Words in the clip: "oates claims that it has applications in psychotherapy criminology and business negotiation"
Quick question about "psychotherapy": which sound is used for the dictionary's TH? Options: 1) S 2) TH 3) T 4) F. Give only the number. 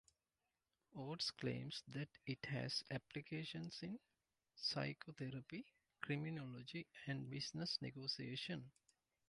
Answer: 3